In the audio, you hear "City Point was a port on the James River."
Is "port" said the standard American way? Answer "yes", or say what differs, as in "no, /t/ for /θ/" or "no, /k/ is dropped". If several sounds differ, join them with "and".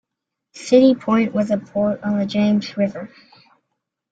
yes